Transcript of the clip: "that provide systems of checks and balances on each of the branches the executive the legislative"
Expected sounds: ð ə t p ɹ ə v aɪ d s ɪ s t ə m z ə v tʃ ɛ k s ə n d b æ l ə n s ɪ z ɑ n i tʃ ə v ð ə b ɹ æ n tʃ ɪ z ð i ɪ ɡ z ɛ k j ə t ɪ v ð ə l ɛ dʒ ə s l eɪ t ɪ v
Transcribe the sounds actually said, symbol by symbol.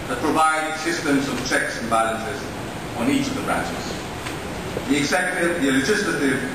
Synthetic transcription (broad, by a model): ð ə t p ɹ ə v aɪ d s ɪ s t ə m z ə v tʃ ɛ k s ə n b æ l ə n s ɪ z n i tʃ ə v ð ə b ɹ æ n tʃ ɪ z ð i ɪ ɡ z ɛ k j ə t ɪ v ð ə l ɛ dʒ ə s l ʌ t ɪ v